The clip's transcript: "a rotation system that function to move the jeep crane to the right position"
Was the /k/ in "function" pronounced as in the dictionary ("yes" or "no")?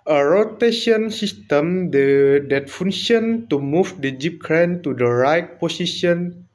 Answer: no